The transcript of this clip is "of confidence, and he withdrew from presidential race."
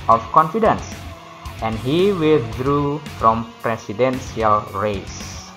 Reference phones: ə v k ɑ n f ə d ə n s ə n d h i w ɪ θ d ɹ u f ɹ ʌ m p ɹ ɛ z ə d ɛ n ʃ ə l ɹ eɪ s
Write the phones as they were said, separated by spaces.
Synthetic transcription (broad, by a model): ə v k ɑ n f ə d ə n s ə n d h i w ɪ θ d ɹ u f ɹ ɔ m p ɹ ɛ s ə d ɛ n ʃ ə l ɹ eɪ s